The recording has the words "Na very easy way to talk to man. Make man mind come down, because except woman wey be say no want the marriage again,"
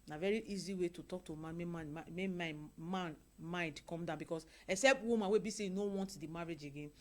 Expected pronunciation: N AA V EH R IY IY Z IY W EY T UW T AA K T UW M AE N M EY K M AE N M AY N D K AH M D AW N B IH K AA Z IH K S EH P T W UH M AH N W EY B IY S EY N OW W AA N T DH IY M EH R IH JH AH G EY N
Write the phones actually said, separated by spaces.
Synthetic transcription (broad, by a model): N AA V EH R IY IY Z IY W EY T UW T AA K T UW M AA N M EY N M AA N M AY N D K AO M D AW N B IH K AA S IH K S EH P T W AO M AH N W EY B IY S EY N OW W AA N T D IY M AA R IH JH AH G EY N